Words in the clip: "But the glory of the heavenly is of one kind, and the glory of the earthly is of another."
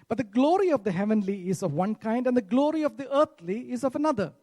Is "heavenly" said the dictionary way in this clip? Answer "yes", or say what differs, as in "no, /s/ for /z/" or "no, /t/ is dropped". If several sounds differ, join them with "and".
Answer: yes